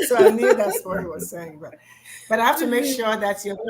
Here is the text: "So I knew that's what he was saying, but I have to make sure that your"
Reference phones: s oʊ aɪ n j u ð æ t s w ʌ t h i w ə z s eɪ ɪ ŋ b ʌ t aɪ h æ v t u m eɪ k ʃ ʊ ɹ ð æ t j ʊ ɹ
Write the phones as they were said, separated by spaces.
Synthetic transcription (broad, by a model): s oʊ aɪ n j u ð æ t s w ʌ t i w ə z s eɪ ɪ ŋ b ʌ t aɪ h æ f t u m eɪ k ʃ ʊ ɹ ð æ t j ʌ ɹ